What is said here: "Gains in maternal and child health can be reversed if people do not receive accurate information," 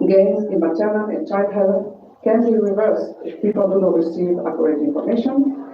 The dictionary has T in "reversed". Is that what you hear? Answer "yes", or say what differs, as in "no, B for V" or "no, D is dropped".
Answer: no, T is dropped